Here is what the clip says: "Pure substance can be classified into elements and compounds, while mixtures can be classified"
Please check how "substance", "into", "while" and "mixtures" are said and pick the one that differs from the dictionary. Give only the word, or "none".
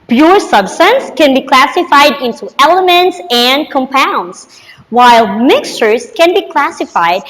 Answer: none